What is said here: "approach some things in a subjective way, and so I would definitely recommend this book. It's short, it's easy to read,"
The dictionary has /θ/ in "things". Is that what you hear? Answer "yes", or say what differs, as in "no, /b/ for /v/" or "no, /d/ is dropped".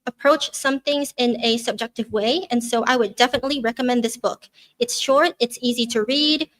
yes